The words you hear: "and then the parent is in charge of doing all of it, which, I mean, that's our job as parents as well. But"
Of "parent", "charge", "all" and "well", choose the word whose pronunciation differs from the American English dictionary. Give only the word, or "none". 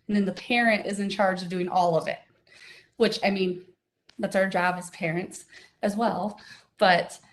none